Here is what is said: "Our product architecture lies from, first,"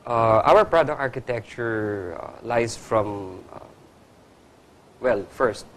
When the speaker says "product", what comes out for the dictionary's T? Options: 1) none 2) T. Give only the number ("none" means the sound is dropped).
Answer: 1